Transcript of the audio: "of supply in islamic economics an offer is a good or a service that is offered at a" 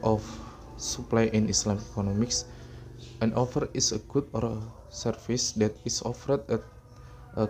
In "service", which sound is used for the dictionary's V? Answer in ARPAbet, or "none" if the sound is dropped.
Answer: F